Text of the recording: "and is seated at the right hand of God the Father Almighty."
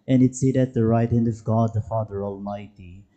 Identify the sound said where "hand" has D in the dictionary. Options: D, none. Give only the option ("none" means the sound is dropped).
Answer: D